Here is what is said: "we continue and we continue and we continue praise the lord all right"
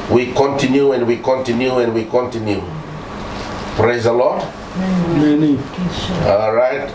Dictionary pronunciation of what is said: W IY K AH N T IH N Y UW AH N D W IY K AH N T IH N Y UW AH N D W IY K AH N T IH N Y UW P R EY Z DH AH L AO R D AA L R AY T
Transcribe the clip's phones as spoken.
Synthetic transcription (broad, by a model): W IY K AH N T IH N Y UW AH N D W IY K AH N T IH N Y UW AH N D W IY K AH N T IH N Y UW P R EY Z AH L AO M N AA L R AY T